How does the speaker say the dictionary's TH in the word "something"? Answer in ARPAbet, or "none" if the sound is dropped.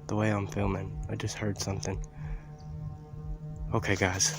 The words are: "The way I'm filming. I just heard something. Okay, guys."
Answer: TH